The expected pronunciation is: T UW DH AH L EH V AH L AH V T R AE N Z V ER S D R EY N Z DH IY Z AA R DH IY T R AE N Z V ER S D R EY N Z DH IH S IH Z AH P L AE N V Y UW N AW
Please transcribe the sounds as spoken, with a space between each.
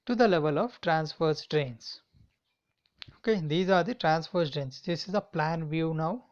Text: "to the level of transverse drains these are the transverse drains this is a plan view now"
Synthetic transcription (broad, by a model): T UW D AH L EH V AH L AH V T R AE N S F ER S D R EY N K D IY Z AA R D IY T R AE N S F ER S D R EY N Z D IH S IH Z AH P L AE N V Y UW N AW